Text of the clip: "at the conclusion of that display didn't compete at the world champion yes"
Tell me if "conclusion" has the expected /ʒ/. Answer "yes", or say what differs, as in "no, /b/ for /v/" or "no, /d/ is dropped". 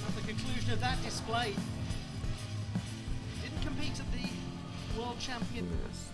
yes